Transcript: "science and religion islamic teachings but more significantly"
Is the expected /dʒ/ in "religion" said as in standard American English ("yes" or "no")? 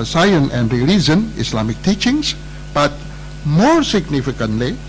no